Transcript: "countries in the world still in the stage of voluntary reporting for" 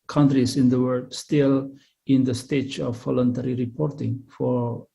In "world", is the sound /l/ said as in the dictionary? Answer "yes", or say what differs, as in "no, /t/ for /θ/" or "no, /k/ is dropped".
no, /l/ is dropped